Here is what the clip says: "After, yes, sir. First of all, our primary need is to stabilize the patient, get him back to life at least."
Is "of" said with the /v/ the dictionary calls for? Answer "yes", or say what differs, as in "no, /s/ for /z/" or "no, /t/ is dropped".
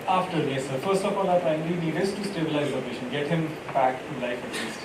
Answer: no, /p/ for /v/